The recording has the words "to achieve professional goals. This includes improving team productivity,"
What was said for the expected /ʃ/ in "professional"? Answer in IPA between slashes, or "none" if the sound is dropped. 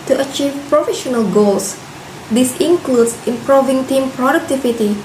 /ʃ/